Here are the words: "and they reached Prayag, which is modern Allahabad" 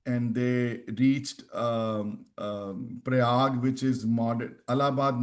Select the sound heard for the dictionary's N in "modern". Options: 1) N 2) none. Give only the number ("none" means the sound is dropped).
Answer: 2